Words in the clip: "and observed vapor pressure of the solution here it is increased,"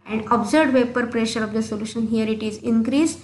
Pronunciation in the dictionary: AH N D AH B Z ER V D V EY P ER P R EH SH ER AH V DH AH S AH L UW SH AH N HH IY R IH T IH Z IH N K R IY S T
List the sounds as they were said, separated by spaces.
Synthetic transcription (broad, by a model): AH N D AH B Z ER D V EY P ER P R EH SH ER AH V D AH S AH L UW SH AH N HH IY R IH T IH Z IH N K R IY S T